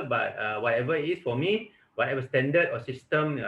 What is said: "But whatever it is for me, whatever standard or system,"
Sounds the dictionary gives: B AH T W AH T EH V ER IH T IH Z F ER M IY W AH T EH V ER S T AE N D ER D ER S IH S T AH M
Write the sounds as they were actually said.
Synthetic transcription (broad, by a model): B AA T W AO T EH V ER IH T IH S F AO M IY W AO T EH V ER S T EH N D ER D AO S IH S T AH M